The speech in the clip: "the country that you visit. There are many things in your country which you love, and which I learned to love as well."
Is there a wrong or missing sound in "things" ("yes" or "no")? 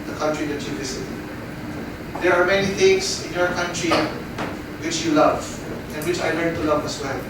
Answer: yes